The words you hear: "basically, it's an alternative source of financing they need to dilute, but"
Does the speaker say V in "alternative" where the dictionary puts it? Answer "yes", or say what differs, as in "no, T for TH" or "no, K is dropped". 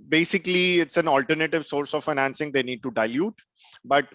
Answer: yes